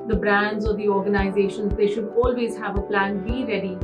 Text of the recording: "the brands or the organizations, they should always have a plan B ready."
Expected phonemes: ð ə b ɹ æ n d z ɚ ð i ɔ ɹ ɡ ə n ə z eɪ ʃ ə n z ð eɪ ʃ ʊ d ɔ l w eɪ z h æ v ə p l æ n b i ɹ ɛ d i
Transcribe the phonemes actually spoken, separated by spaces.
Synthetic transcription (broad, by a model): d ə b ɹ æ n d z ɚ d i ɔ ɹ ɡ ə n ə z eɪ ʃ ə n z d eɪ ʃ ʊ d ɔ l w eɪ z h æ v ə p l æ n b i ɹ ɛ d i